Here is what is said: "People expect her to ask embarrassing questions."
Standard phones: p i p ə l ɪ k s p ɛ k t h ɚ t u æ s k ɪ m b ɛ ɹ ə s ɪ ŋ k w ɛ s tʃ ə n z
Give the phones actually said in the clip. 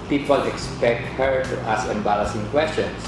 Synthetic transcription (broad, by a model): p i p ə l ɪ k s p ɛ k t h ɚ t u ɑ s k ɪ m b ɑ l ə s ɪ ŋ k w ɛ s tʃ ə n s